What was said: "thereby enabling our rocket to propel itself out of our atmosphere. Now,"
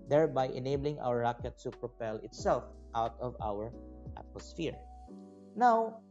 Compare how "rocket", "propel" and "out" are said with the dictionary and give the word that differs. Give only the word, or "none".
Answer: none